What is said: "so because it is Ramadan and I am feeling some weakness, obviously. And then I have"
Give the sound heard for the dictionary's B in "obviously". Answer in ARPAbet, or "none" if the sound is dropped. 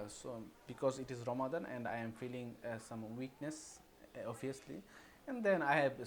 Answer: none